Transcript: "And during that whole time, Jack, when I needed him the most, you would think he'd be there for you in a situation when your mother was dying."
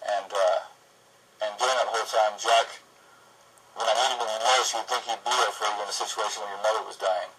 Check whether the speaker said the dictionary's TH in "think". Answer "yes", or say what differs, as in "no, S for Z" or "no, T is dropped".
yes